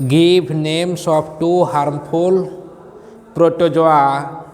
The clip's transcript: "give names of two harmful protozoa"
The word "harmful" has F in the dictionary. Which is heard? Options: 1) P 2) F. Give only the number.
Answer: 1